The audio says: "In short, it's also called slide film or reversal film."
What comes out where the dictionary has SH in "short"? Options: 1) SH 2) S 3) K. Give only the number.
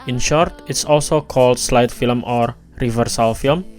1